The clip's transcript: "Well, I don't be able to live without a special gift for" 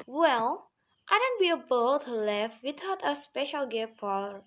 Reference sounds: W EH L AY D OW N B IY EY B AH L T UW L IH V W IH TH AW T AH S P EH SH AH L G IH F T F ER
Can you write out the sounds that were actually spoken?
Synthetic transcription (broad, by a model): W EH L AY D OW N B IY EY B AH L T UW L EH F W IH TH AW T AH S P EH SH AH L G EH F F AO